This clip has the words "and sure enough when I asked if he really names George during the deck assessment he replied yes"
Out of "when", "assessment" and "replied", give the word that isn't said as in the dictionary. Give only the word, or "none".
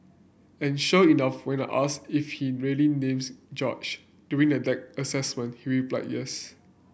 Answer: replied